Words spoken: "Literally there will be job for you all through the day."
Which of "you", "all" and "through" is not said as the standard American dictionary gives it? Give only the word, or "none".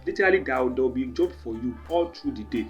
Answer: through